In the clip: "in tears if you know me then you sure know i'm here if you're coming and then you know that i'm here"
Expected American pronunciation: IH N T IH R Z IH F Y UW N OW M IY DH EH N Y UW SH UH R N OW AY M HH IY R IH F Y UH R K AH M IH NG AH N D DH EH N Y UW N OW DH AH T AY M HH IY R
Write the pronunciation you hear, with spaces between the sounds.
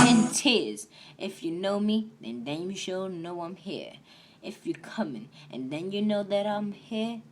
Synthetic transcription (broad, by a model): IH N T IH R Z IH F Y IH N OW M IY DH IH N Y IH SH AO L N OW AY M HH IY R IH F Y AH R K AH M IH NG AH N DH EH N Y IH N OW DH AH T AY M HH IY R